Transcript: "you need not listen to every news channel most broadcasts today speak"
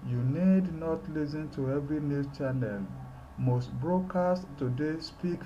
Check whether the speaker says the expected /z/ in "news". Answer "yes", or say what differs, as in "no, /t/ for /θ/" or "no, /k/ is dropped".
no, /z/ is dropped